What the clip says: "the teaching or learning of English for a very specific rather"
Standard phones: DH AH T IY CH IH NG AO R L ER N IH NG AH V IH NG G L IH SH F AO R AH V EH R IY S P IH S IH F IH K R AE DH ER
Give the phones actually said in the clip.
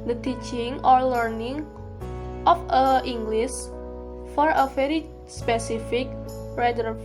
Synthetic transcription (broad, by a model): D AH T IY CH IH NG AO R L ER N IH NG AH F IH NG G L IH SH F AO R AH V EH R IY S P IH S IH F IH K R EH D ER